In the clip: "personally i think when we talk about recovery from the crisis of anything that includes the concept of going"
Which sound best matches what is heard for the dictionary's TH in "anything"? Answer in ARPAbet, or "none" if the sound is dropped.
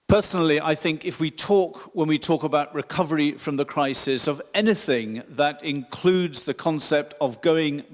TH